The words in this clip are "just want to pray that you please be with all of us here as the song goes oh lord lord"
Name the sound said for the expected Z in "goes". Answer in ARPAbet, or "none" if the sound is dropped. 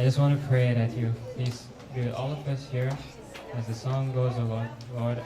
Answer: Z